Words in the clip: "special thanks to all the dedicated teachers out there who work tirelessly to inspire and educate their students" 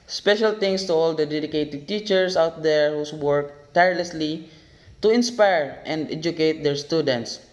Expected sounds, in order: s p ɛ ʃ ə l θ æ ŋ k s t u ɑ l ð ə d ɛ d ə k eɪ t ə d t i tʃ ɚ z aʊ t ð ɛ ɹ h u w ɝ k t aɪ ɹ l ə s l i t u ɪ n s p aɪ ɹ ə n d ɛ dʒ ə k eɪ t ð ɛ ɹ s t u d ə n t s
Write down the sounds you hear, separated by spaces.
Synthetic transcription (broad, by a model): s p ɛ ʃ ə l t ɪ ŋ s t u ɑ l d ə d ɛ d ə k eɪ t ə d t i tʃ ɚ s aʊ t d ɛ ɹ h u w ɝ k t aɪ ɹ l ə s l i t u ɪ n s p aɪ ɹ ə n d ɛ dʒ ə k eɪ t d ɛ ɹ s t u d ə n t s